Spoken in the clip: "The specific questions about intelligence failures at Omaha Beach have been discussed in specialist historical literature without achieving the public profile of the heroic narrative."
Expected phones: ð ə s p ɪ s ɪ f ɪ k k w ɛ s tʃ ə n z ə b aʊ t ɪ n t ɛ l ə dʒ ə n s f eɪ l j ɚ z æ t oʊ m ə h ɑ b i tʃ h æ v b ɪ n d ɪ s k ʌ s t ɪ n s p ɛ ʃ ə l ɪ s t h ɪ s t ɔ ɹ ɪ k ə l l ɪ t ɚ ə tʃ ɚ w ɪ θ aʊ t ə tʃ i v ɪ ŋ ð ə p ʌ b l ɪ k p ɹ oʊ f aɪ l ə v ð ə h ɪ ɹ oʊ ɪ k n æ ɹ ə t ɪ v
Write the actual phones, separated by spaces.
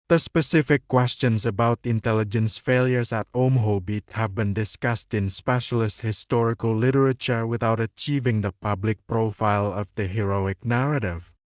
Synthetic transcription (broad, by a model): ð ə s p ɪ s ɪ f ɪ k k w ɛ s tʃ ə n s ə b aʊ t ɪ n t ɛ l ə dʒ ə n s f eɪ l j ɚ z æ t oʊ m h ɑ b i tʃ h æ v b ɪ n d ɪ s k ʌ s t ɪ n s p ɛ ʃ ə l ɪ s t h ɪ s t ɔ ɹ ɪ k ə l l ɪ t ɚ ə tʃ ɚ w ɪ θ aʊ t ə tʃ i v ɪ ŋ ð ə p ʌ b l ɪ k p ɹ oʊ f aɪ l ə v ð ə h ɪ ɹ oʊ ɪ k n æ ɹ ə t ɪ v